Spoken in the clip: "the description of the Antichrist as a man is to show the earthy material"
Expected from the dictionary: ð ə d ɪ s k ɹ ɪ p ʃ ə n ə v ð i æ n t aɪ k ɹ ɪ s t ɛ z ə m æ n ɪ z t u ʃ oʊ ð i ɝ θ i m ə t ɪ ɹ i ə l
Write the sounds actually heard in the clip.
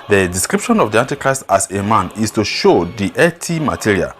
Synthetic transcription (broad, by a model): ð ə d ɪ s k ɹ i p ʃ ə n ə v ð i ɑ n t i k ɹ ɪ s t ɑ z ə m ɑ n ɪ s t u ʃ oʊ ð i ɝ t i m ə t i ɹ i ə l